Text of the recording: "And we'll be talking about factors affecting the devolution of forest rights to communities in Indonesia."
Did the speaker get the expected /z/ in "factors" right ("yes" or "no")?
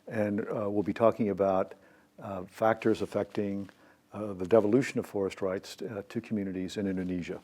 yes